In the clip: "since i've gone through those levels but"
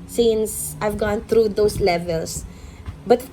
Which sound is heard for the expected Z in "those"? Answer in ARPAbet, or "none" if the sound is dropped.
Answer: S